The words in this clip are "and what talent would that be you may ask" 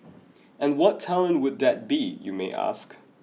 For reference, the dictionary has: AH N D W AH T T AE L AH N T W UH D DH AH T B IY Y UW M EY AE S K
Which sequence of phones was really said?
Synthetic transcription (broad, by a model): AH N W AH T T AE L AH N W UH D DH AH T B IY Y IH M EY AE S K